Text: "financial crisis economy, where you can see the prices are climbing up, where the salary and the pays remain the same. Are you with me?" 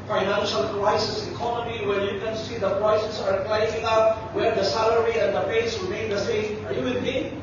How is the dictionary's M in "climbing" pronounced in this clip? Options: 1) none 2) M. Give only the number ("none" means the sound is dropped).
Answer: 1